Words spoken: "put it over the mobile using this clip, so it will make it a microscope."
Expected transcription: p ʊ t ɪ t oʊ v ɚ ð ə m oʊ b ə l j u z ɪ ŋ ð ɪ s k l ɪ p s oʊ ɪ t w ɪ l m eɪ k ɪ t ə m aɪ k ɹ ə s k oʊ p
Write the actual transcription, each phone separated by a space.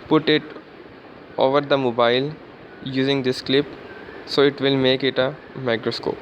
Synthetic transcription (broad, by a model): p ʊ t ɪ t oʊ v ɚ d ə m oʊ b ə l j u z ɪ ŋ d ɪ s k l ɪ p s oʊ ɪ t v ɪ l m eɪ k ɪ t ə m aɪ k ɹ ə s k oʊ p